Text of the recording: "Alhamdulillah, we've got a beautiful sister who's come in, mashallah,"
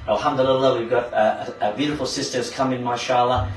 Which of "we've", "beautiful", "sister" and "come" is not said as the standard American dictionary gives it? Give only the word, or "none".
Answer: none